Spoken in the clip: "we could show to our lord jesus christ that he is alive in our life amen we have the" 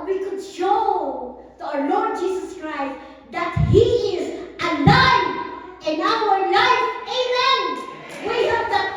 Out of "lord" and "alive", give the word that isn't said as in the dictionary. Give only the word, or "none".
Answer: alive